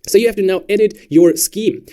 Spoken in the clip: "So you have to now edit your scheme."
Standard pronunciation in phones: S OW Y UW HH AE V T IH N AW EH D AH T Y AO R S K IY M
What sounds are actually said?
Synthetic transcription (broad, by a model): S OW Y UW HH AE F T IH N AW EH D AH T Y AO R S K IY M